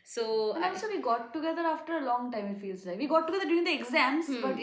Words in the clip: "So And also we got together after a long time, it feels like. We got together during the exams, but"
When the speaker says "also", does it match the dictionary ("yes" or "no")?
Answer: no